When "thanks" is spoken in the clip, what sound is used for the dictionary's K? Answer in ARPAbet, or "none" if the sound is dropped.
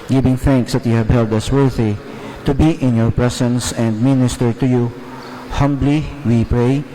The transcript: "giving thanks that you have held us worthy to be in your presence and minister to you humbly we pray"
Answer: K